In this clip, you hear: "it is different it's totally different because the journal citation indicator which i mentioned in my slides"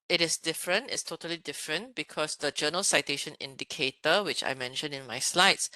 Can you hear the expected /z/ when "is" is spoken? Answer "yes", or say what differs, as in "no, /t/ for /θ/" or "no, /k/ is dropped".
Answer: no, /s/ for /z/